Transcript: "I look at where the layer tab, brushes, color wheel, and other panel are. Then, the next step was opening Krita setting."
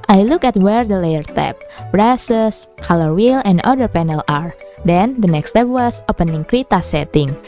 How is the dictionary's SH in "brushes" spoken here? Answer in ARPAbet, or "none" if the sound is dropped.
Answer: S